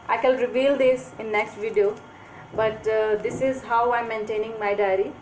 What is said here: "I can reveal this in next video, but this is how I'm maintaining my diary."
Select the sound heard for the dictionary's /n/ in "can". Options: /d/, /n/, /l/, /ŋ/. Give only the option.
/l/